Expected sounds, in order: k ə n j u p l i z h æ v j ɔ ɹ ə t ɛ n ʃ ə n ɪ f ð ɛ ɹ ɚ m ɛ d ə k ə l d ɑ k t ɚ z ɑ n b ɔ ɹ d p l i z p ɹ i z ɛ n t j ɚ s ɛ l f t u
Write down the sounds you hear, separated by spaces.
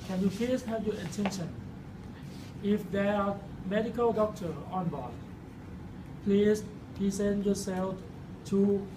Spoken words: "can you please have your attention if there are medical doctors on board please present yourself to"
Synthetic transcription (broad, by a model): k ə n j u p l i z h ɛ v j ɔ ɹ ə t ɛ n ʃ ə n ɪ f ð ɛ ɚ m ɛ d ə k ə l d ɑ k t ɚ ɑ n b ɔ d p l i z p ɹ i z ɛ n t j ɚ s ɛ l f t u